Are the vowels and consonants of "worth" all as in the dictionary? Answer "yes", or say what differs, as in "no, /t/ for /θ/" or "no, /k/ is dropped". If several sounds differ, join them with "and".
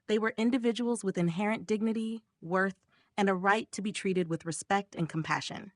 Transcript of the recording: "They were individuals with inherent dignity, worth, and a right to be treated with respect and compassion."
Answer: yes